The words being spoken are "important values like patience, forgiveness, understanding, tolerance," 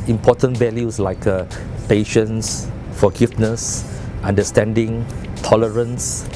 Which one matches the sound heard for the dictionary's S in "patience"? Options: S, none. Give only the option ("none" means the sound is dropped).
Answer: S